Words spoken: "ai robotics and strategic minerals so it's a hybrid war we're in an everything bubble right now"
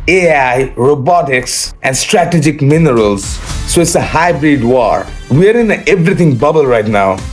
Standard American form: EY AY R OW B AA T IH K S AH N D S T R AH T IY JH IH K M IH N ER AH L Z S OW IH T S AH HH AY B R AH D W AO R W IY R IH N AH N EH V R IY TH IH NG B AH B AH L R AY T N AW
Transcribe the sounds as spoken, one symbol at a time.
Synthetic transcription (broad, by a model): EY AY R OW B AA T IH K S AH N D S T R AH T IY JH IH K M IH N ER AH L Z S OW IH T S AH HH AY B R AH D W AO R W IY R IH N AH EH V R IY T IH NG B AH B AH L R AY T N AW